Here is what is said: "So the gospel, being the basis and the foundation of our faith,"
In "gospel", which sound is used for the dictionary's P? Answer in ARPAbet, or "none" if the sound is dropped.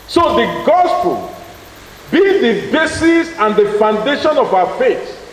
P